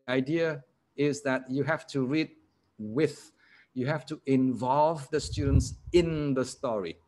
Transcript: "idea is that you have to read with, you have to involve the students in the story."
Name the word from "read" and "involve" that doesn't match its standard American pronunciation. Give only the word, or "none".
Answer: none